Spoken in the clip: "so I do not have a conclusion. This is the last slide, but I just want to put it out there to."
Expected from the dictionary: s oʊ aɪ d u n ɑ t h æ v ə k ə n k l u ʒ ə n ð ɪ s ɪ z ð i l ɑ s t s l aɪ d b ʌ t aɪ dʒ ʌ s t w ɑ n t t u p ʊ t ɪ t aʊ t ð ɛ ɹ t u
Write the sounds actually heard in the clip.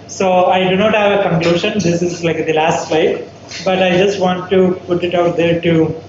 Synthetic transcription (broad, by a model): s oʊ aɪ d u n ɑ t h æ v ə k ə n k l u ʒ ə n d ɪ s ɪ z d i l ɑ s t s l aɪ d b ʌ t aɪ dʒ ʌ s t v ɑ n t t u p ʊ t ɪ t aʊ t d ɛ ɹ t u